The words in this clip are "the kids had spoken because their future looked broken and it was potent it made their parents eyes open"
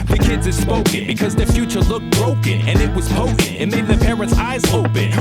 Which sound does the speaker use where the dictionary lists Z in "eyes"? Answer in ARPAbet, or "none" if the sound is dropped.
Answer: Z